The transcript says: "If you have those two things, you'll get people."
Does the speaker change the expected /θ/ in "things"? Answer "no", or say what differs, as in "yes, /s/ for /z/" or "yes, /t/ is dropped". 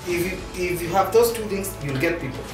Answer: yes, /t/ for /θ/